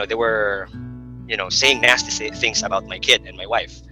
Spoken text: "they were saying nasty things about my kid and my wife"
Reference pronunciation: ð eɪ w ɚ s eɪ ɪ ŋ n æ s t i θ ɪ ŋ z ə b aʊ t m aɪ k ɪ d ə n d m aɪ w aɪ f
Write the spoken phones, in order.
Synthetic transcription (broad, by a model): ð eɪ w ɚ s eɪ ɪ ŋ n æ s t i θ ɪ ŋ z ə b aʊ t m aɪ k ɪ d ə n m aɪ w aɪ f